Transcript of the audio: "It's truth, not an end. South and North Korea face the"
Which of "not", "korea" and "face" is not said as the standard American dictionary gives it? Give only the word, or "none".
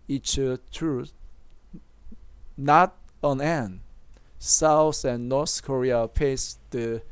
face